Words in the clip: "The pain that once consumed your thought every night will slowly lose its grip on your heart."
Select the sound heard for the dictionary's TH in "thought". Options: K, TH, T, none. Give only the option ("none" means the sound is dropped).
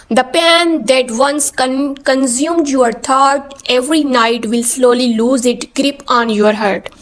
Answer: T